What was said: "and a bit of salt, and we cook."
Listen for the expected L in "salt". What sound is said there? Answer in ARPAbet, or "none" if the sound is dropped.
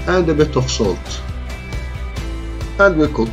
L